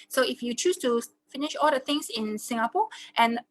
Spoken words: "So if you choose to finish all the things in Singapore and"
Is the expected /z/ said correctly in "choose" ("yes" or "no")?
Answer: no